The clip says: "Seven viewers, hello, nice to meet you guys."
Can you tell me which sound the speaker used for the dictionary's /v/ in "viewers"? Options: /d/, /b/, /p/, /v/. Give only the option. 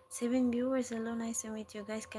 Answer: /b/